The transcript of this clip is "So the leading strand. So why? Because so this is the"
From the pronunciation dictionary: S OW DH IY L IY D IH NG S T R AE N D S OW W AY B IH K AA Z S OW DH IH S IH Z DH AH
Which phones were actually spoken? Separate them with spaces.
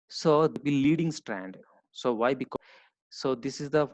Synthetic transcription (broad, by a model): S OW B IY L IY D IH NG S T R AE N D S OW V AY B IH K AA S OW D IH S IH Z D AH